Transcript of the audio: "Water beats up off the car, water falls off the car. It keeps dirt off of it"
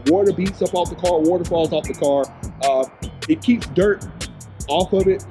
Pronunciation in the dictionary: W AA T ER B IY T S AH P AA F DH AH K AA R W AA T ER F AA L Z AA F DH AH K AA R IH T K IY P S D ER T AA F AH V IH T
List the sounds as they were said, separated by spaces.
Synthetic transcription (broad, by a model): W AA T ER B IY T S AH P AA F DH AH K AA R W AA T ER F AA L Z AA F DH AH K AA R IH T K IY P S D ER T AA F AH V IH T